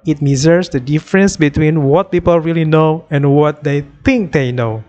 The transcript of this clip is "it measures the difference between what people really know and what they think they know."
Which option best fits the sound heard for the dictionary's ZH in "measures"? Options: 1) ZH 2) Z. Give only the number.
2